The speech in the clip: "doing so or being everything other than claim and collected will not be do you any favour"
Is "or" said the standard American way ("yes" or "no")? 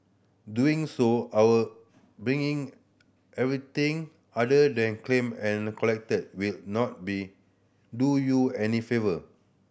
no